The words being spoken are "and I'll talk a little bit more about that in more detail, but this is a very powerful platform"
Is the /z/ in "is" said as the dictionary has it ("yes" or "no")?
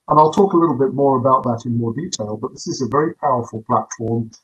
yes